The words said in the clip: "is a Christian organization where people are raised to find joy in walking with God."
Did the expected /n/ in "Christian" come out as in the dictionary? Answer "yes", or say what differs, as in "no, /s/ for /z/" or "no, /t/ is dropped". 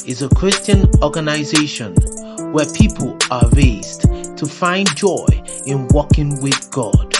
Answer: yes